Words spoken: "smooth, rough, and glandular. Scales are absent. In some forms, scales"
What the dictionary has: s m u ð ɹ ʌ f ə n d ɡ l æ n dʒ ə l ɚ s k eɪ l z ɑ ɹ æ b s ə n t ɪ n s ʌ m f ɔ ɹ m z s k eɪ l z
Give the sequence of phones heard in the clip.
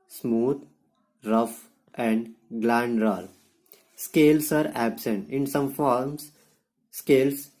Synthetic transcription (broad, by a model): s m u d ɹ ʌ f ə n d ɡ l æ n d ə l s k eɪ l s ɑ ɹ æ b s ə n t ɪ n s ʌ m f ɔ ɹ m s s k eɪ l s